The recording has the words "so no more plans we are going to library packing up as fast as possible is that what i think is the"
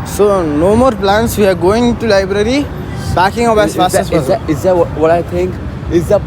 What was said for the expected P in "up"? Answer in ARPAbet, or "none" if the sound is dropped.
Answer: B